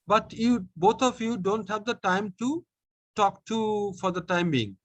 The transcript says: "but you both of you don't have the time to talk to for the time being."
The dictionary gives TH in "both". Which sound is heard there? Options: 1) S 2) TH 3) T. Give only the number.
3